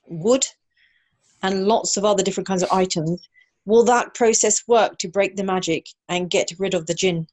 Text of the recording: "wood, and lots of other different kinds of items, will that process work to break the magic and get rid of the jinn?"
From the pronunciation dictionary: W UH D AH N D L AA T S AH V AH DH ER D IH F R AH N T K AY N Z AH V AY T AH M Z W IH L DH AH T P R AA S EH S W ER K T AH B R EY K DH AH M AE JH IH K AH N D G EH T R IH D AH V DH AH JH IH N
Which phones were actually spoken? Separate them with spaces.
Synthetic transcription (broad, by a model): W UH D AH N L AA T S AH V AH DH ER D IH F R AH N K AY N Z AH V AY T AH M Z W IH L DH AH T P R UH S EH S W ER K T AH B R EY K DH AH M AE JH IH K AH N G EH T R IH D AH V DH AH JH IH N